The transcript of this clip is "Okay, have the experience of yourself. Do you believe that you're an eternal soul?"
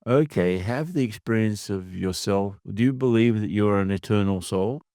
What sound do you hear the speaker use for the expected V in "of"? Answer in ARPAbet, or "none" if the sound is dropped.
V